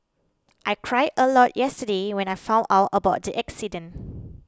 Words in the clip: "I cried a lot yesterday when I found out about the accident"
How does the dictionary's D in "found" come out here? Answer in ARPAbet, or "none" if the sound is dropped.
none